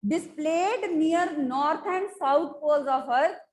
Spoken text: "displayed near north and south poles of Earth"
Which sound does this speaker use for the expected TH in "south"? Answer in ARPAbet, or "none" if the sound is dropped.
T